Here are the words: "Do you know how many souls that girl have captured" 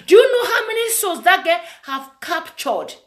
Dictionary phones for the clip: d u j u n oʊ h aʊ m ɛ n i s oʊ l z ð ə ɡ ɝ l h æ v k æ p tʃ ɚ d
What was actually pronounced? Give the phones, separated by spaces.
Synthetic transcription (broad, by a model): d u j u n oʊ h aʊ m ɛ n i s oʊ z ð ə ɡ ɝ h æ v k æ p tʃ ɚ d